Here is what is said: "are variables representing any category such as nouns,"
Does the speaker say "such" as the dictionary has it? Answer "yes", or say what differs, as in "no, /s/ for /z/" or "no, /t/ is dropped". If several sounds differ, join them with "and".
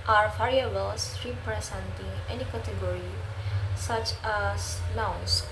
yes